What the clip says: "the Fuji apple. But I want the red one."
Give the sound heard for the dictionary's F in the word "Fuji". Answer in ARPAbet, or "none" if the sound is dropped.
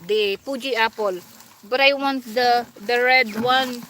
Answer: P